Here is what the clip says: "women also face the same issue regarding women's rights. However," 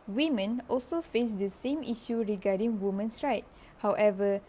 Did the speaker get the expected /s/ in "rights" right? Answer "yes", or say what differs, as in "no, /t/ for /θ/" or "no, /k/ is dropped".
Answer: no, /s/ is dropped